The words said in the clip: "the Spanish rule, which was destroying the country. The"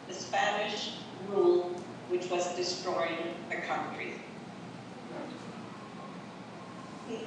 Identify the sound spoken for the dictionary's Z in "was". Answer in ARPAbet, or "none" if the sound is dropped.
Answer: Z